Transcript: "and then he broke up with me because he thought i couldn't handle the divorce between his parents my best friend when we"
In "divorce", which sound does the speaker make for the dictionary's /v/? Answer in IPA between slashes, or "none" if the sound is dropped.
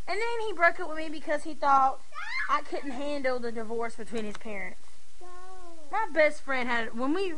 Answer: /v/